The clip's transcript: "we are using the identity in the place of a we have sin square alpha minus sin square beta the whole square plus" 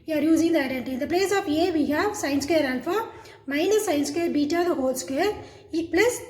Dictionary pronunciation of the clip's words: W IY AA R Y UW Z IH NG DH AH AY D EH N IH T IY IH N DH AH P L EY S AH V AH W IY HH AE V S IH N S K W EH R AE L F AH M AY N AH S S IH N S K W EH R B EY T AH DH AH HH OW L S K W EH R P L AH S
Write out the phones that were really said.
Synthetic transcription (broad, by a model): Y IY AA R Y UW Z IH NG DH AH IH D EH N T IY IH N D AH P L EY S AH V AH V IY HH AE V S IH N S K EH R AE N F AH M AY N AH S S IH N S K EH R B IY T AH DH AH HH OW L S K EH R P L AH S